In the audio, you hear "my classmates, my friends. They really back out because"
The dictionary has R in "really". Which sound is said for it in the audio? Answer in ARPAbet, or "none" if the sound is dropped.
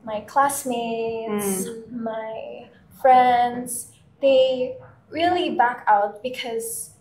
R